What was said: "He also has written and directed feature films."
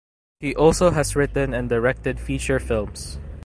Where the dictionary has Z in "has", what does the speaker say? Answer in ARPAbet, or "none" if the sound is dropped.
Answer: S